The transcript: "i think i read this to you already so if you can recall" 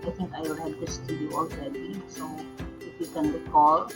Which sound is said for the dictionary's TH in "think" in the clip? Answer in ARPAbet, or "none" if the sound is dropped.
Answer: T